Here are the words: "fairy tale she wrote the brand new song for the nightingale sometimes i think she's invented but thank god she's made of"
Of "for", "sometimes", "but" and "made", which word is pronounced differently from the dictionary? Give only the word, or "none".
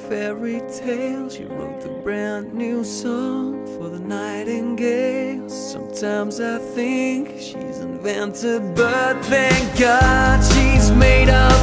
none